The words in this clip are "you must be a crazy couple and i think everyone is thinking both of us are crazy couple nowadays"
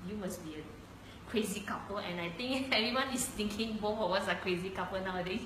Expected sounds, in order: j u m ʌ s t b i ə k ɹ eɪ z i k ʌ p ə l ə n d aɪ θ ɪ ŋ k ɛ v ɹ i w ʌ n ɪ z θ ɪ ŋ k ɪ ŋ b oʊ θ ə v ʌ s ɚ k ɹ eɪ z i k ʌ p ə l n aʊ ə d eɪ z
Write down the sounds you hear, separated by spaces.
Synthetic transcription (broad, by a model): j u m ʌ s b i ə k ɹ eɪ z i k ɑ p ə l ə n aɪ t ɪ ŋ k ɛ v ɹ i w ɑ n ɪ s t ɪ ŋ k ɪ ŋ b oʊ f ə w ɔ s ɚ k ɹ eɪ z i k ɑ p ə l n aʊ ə d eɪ